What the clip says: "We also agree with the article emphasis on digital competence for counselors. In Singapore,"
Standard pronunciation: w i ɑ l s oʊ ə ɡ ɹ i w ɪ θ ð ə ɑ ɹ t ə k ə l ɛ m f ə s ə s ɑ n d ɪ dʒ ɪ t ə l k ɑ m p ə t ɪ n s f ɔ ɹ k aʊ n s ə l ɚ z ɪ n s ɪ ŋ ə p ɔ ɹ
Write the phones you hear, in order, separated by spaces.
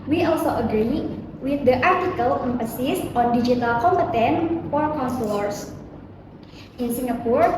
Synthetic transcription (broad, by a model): w i ɑ l s oʊ ə ɡ ɹ i w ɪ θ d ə ɑ ɹ t ə k ə l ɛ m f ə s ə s ɑ n d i dʒ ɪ t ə l k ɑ m p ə t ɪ n f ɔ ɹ k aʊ n s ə l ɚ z ɪ n s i ŋ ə p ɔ ɹ